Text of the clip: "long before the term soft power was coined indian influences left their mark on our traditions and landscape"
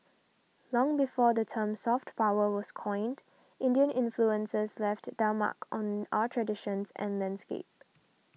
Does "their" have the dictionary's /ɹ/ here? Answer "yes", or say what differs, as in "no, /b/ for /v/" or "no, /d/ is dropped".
no, /l/ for /ɹ/